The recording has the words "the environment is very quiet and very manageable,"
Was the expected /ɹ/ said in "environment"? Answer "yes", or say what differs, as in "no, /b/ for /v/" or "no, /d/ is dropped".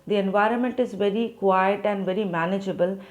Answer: yes